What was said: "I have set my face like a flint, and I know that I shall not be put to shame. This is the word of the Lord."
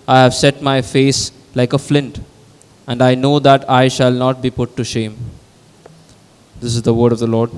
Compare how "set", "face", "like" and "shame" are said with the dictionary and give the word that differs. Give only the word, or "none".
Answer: none